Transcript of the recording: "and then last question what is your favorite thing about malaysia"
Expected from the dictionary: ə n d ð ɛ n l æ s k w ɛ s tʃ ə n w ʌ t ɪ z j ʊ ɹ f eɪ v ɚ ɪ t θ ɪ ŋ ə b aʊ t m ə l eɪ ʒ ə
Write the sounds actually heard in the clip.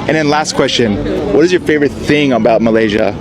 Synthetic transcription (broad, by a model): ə n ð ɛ n l æ s k w ɛ s tʃ ə n w ʌ t ɪ z j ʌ ɹ f eɪ v ɚ ɪ t θ ɪ ŋ ə b aʊ t m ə l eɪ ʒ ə